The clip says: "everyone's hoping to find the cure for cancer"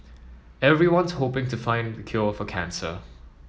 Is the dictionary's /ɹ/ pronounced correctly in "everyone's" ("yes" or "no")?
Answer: yes